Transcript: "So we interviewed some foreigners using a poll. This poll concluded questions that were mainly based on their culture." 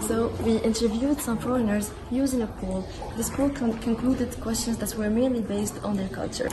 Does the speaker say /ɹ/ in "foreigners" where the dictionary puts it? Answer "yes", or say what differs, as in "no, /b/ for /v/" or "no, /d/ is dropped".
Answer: yes